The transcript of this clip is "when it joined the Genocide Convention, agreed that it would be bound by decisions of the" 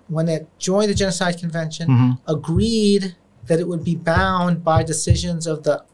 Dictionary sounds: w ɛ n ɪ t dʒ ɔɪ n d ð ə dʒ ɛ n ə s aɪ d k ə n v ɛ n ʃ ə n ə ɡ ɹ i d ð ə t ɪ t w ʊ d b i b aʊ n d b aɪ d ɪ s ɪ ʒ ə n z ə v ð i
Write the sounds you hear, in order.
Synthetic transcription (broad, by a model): w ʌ n ɪ t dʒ ɔɪ n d ð ə dʒ ɛ n ə s aɪ d k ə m v ɛ n ʃ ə n ə ɡ ɹ i d ð ə t ɪ t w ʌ d b i b aʊ n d b aɪ d ɪ s ɪ ʒ ə n z ə v ð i